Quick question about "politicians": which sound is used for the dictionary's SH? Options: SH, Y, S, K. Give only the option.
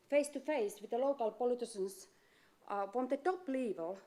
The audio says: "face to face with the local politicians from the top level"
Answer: S